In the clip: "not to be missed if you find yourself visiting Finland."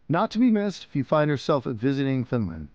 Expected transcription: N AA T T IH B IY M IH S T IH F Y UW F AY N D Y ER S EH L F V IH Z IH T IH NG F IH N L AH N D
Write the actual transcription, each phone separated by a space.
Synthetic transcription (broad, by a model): N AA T T IH B IY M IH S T IH F Y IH F AY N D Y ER S EH L F V IH Z IH T IH NG F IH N L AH N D